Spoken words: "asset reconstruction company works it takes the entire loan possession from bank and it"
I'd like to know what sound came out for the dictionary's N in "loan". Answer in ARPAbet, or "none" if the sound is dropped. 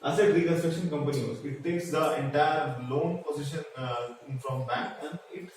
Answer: N